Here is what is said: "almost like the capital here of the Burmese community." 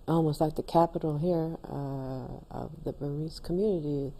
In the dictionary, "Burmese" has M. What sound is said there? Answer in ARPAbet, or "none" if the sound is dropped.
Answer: none